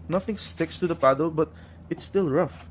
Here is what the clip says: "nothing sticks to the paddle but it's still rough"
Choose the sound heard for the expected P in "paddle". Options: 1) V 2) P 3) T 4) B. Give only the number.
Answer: 2